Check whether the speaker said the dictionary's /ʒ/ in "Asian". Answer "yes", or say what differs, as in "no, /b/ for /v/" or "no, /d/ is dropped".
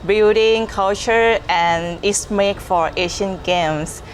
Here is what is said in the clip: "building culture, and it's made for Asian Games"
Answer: no, /ʃ/ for /ʒ/